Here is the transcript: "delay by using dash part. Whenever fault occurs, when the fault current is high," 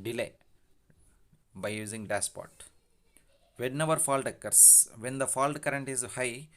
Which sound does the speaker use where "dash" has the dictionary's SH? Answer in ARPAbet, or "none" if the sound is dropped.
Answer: S